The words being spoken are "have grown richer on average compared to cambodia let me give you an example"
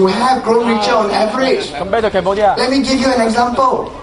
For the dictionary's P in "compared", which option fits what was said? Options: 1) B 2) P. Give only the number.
1